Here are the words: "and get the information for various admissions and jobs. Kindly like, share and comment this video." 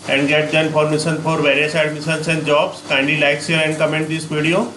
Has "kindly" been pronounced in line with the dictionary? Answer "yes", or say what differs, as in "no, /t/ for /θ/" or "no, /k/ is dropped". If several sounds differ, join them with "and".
no, /l/ is dropped